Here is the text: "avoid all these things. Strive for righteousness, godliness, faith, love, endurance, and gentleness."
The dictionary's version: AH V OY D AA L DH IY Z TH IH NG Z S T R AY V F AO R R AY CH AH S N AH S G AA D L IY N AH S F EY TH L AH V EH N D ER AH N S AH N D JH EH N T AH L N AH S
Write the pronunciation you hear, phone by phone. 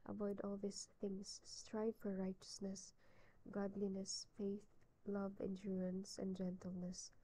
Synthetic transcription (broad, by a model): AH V OY D AA L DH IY S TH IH NG S T R AY V F AO R R AY CH AH S N AH S G AA D L IY N AH S F EY TH L AH V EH N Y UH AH N S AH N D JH EH N T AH L N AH S